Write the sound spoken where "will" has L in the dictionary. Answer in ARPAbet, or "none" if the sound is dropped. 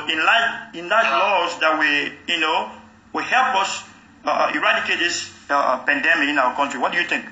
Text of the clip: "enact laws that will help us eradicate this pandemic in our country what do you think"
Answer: W